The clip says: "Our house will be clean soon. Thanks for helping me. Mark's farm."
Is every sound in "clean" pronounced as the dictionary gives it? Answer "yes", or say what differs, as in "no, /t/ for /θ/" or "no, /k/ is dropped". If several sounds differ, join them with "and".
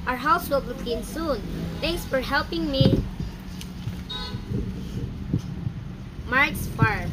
no, /l/ is dropped